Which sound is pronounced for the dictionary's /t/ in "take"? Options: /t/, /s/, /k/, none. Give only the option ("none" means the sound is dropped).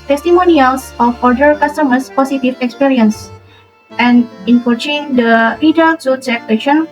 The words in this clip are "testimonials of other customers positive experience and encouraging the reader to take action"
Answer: /s/